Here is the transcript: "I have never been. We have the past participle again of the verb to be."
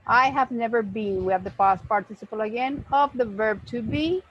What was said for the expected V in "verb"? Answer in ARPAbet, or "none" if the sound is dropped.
V